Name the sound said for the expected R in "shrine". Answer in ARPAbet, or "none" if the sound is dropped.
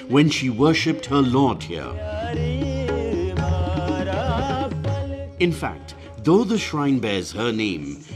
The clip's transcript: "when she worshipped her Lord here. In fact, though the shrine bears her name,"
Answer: R